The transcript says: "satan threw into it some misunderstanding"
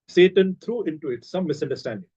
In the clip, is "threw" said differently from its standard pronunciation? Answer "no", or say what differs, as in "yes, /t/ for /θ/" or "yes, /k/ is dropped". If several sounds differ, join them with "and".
yes, /t/ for /θ/